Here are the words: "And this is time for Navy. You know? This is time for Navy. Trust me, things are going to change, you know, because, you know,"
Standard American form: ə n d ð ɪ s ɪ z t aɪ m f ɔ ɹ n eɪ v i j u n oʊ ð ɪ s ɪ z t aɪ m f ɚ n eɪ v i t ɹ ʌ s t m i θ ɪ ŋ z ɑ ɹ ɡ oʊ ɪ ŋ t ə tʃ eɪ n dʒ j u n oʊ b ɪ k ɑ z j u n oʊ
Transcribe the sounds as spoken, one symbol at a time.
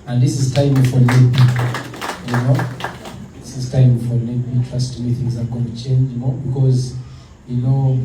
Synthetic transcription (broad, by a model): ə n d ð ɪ s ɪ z t aɪ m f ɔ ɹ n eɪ p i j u n oʊ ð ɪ s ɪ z t aɪ m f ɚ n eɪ p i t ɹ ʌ s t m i θ ɪ ŋ z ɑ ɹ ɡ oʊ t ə tʃ eɪ n dʒ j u n oʊ b ɪ k ɑ z j u n oʊ